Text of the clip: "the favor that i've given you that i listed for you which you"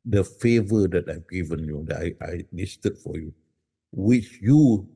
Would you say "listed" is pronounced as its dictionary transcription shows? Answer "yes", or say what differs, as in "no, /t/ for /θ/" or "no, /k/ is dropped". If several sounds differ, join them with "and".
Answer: no, /n/ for /l/